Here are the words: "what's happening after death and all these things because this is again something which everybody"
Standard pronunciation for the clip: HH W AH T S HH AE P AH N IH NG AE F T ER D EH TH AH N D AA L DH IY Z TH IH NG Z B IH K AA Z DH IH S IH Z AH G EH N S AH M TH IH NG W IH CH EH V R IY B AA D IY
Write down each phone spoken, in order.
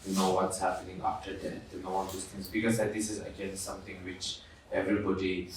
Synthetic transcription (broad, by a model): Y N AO T S HH AE P AH N IH NG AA F T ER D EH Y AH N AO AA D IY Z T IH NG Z B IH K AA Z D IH S IH Z AH G EH N S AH M T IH NG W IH CH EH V R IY B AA D IY